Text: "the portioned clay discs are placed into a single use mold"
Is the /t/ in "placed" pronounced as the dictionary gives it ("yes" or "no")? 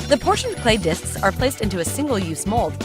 yes